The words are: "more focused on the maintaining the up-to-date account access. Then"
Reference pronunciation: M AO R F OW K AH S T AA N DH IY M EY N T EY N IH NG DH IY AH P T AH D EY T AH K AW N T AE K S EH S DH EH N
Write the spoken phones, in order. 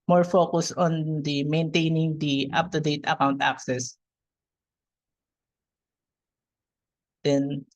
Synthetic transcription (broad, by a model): M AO R F OW K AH S AA N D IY M EY N T EY N IH NG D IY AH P T AH D EY T AH K AW N T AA K S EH S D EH N